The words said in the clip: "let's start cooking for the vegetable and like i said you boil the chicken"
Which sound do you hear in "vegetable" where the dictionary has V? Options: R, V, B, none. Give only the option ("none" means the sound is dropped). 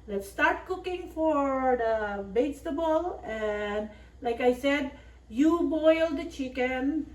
B